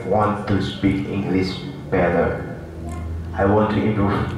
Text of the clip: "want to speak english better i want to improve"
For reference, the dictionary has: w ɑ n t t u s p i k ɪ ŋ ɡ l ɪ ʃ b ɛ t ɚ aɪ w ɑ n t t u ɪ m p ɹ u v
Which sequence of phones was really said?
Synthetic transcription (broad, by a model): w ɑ n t t u s p i k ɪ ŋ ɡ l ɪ s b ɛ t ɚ aɪ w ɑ n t t u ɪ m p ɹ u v